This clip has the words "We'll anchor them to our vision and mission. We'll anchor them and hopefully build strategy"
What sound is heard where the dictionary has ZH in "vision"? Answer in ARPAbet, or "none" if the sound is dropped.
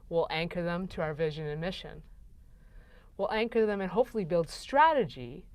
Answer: ZH